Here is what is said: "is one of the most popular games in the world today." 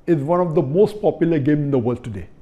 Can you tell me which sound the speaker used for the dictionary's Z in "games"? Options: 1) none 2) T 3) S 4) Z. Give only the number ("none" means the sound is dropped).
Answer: 1